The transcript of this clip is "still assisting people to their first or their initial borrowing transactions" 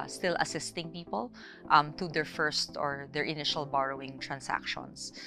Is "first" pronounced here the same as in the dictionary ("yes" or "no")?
yes